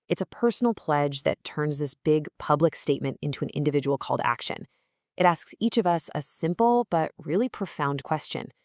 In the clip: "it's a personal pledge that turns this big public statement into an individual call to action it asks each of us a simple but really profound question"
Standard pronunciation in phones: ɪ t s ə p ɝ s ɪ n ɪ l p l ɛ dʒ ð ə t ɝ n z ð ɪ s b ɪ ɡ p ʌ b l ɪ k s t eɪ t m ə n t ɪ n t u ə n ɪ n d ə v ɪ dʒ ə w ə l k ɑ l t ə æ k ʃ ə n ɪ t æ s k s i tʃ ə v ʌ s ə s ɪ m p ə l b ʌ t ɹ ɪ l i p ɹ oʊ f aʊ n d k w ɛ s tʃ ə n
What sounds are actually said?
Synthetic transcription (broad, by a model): ɪ t s ə p ɝ s n l p l ɛ dʒ ð ə t ɝ n z ð ɪ s b ɪ ɡ p ʌ b l ɪ k s t eɪ t m ə n t ɪ n t u ə n ɪ n d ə v ɪ dʒ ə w l k ɑ l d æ k ʃ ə n ɪ t æ s k s i tʃ ə v ʌ s ə s ɪ m p l b ʌ t ɹ ɪ l i p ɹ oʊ f aʊ n k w ɛ s tʃ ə n